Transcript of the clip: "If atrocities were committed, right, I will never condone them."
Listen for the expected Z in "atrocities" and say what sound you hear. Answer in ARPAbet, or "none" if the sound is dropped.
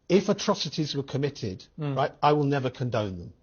Z